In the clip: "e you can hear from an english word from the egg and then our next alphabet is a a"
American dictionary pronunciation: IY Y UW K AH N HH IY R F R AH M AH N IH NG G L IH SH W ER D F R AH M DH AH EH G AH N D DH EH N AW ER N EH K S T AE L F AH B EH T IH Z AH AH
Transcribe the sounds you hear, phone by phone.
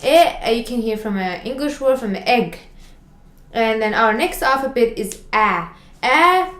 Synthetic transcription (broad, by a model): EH Y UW K AH N HH IY R F R AH M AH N IH NG G L IH SH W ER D F R AH M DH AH EH G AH N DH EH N AW ER N EH K S T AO F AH B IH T IH Z AH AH